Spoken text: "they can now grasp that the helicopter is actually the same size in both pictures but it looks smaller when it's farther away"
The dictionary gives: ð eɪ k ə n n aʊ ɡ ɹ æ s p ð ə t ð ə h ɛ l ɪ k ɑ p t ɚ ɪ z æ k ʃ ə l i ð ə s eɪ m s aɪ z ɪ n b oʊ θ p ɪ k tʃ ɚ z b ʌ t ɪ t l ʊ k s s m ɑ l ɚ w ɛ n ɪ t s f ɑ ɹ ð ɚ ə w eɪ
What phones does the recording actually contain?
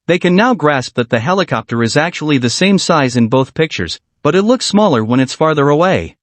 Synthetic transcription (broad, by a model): ð eɪ k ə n n aʊ ɡ ɹ æ s p ð ə t ð ə h ɛ l ɪ k ɑ p t ɚ ɪ z æ k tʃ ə l i ð ə s eɪ m s aɪ z ɪ n b oʊ θ p ɪ k tʃ ɚ z b ʌ t ɪ t l ʊ k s s m ɑ l ɚ w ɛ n ɪ t s f ɑ ɹ ð ɚ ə w eɪ